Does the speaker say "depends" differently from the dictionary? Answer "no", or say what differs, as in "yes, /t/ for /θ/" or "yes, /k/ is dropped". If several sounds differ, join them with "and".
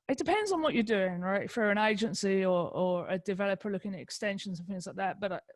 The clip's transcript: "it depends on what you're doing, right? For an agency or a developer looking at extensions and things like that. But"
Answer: no